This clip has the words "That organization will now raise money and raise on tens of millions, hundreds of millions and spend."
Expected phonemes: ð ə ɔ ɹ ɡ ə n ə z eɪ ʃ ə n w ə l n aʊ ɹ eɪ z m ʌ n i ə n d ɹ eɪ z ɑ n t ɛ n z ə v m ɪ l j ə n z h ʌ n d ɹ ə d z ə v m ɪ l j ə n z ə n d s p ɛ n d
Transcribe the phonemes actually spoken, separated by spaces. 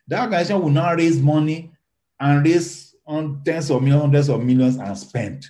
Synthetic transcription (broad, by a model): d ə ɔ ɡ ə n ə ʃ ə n w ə n aʊ ɹ eɪ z m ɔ n i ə n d ɹ eɪ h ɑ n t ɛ n s ə v m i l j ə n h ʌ n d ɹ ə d s ə v m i l j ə n s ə n s p ɛ n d